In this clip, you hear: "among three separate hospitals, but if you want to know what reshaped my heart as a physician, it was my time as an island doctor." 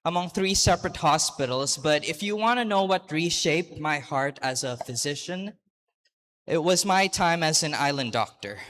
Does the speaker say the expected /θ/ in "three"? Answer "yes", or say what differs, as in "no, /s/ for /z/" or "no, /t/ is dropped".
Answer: yes